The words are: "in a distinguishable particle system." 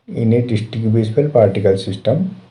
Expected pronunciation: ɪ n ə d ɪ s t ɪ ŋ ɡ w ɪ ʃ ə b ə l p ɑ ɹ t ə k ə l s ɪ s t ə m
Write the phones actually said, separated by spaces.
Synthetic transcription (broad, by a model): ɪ n ə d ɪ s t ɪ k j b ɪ s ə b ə l p ɑ ɹ t ə k ə l s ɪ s t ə m